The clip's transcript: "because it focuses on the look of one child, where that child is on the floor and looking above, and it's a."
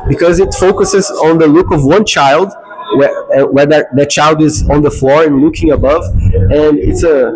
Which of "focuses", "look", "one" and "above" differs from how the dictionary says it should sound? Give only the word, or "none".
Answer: none